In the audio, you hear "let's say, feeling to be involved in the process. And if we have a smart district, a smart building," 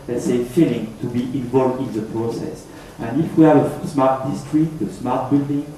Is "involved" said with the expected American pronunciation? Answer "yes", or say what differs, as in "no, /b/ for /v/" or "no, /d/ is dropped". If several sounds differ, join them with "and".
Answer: yes